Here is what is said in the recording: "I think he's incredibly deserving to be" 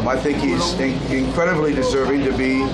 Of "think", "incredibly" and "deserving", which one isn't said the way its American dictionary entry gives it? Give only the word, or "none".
none